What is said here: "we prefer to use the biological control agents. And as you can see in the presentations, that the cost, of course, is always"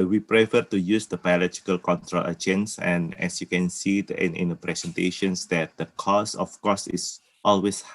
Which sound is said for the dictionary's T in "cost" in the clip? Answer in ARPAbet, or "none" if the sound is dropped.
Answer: none